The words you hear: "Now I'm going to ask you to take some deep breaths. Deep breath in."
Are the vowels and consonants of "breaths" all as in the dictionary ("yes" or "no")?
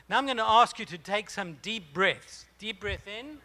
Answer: yes